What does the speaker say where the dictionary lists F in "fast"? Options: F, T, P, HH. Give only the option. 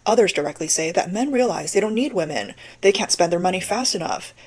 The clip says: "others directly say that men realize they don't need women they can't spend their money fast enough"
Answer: F